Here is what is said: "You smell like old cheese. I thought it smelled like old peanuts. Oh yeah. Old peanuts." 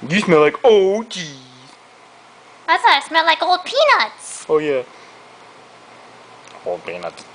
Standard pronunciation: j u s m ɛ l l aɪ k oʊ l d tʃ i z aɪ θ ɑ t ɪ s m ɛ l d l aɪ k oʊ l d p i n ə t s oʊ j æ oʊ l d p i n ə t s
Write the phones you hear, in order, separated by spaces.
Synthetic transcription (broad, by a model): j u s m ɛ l l aɪ k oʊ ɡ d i aɪ s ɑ ɪ s m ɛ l l aɪ k oʊ l d p i n ə t s oʊ j æ oʊ l d p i n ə t s